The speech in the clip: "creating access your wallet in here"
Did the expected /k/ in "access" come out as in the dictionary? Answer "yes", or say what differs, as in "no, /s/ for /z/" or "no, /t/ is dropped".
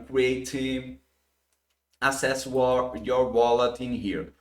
no, /k/ is dropped